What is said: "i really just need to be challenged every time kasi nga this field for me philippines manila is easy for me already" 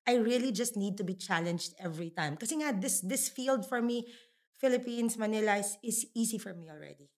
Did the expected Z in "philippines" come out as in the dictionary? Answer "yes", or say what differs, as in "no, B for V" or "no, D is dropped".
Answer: no, S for Z